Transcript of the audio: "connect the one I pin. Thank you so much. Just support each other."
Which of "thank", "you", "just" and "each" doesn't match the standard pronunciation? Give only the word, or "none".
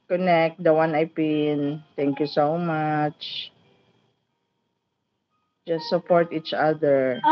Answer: thank